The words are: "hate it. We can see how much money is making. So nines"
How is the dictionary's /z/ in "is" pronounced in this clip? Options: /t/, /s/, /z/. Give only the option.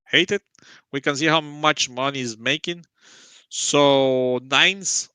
/z/